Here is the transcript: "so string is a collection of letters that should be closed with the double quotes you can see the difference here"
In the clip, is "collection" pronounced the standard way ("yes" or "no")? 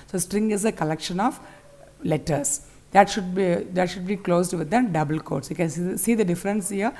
yes